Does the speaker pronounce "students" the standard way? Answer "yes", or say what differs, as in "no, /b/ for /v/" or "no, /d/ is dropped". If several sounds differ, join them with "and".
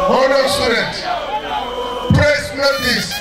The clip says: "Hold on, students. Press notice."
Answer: no, /n/ is dropped and /s/ is dropped